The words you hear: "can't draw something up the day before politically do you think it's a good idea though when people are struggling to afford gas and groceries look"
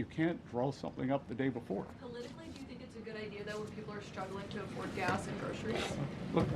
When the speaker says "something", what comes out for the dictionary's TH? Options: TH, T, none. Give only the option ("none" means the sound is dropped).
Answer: TH